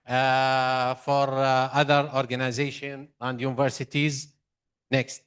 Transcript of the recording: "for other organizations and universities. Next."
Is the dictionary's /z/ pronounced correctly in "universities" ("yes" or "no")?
yes